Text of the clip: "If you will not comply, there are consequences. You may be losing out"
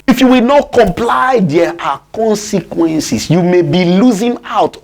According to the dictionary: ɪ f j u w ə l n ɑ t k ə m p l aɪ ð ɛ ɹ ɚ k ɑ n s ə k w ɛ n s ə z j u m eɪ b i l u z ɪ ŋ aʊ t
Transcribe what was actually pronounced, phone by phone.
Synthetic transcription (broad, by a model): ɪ f j u w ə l n ɑ t k ə m p l aɪ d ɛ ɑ k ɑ n s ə k w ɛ n s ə s j u m eɪ b i l u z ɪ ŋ aʊ t